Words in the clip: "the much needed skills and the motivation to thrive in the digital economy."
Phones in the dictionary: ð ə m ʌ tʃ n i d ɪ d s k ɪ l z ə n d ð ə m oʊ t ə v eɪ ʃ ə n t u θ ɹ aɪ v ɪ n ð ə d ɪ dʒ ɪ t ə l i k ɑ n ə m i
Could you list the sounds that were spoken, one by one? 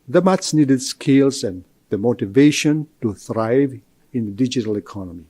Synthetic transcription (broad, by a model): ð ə m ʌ s n i d ɪ d s k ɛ l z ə n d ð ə m oʊ t ə v eɪ ʃ ə n t u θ ɹ aɪ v ɪ n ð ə d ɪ dʒ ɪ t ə l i k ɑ n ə m i